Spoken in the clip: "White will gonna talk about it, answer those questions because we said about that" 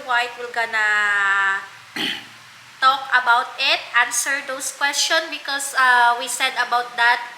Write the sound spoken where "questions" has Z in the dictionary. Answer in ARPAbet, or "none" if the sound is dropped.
none